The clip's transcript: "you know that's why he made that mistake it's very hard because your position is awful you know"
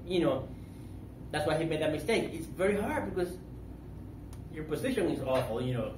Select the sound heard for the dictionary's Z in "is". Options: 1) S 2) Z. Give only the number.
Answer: 2